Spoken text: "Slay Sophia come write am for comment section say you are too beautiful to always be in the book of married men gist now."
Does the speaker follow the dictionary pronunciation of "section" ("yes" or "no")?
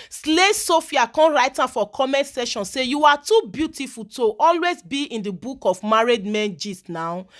no